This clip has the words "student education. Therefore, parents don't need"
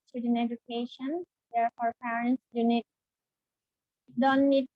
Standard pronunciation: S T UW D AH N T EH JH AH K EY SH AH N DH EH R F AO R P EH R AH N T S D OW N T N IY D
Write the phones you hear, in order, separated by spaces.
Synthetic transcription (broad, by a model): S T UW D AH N EH JH AH K EY SH AH N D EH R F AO R P EH R AH N T S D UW N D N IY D